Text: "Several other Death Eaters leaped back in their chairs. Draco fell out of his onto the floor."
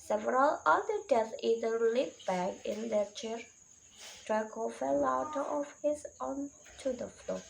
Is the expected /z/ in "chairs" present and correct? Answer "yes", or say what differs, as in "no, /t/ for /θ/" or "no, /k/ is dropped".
no, /z/ is dropped